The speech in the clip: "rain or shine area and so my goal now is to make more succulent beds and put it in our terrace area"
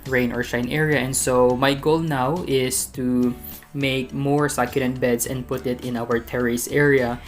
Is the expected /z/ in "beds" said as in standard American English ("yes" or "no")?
no